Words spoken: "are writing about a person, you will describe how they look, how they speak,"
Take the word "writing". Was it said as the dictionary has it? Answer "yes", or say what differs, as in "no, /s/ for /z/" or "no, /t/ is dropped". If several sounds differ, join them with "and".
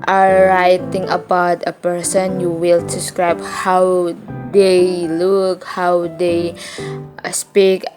yes